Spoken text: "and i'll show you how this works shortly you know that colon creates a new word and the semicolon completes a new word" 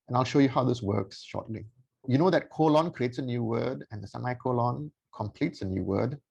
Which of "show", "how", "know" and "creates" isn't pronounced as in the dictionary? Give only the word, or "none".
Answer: none